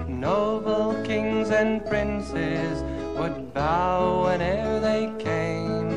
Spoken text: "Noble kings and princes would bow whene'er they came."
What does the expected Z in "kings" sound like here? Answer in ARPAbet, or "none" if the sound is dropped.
Z